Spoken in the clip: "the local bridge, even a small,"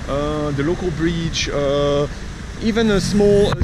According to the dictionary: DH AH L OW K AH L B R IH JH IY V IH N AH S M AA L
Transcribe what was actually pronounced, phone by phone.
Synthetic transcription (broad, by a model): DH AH L OW K AH L B R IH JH IY V IH N AH S M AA L